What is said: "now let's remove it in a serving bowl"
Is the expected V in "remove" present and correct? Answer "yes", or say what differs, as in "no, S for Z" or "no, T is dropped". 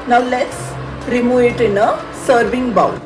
no, V is dropped